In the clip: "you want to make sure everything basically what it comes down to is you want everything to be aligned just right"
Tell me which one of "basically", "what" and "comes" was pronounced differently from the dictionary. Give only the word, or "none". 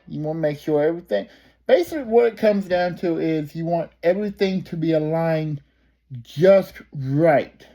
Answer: none